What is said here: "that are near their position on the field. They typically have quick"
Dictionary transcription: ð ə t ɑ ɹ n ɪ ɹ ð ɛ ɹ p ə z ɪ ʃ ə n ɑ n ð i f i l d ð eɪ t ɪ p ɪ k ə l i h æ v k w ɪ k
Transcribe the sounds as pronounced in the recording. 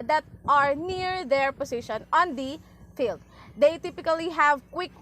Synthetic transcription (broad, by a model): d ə t ɑ ɹ n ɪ ɹ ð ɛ ɹ p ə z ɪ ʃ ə n ɑ n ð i f i l d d eɪ t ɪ p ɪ k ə l i h æ v k w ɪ k